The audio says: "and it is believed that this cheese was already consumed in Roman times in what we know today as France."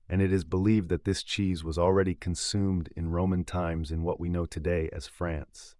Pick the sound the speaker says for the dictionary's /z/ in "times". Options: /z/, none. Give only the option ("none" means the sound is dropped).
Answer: /z/